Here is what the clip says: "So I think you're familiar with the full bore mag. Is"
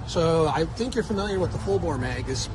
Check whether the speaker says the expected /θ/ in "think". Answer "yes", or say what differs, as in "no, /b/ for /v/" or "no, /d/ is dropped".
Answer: yes